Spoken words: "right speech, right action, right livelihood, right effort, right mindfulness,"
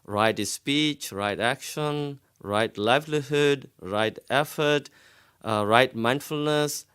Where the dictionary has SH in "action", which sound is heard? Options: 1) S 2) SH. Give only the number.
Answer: 2